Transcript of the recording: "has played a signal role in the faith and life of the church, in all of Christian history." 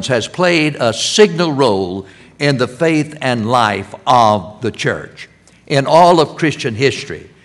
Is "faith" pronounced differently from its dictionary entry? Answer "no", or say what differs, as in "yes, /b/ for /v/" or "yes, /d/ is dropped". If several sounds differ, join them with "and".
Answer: no